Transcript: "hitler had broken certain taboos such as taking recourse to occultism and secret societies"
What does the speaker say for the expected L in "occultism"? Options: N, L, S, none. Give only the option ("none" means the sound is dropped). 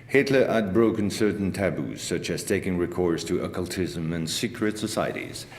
L